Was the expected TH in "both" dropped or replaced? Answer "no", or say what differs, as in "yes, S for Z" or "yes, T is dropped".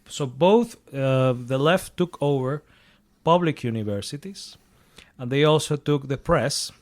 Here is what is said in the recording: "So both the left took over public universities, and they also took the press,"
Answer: no